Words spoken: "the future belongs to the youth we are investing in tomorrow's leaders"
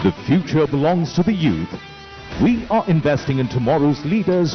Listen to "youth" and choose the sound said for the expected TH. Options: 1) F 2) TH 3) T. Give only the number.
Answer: 2